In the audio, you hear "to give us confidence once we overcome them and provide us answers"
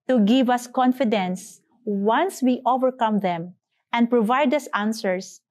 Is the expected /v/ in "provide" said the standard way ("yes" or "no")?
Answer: yes